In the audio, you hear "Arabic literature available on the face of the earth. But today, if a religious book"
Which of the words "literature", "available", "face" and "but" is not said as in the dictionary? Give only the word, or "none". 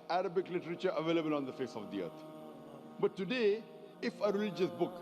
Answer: none